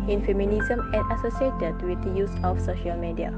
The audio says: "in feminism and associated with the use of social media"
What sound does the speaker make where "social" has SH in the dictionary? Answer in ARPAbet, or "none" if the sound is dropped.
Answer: SH